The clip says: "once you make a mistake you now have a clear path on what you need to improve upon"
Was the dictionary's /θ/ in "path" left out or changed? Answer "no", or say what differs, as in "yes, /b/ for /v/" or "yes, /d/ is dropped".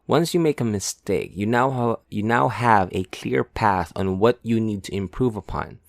no